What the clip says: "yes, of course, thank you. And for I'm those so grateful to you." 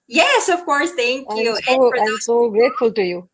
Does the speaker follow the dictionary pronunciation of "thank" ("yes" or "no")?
no